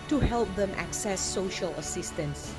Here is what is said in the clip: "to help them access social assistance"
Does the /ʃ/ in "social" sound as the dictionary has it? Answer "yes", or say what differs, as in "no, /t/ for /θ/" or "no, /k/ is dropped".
yes